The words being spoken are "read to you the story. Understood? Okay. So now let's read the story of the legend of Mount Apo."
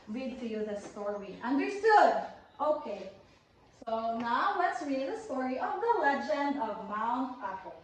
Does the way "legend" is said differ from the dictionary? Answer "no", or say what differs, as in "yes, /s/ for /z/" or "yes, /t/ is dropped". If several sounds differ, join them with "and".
no